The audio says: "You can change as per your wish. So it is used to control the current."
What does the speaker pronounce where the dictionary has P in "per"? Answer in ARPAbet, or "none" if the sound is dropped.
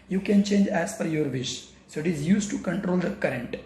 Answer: F